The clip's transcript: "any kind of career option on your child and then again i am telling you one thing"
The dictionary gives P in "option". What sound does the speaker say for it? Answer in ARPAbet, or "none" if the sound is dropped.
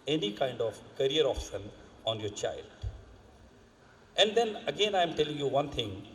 F